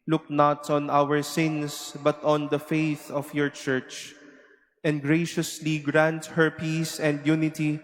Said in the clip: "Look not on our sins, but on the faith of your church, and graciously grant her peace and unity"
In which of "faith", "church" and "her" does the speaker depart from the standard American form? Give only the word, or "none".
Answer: none